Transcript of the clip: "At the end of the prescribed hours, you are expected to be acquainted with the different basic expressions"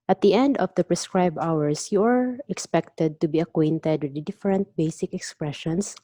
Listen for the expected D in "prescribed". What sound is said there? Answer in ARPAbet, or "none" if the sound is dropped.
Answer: none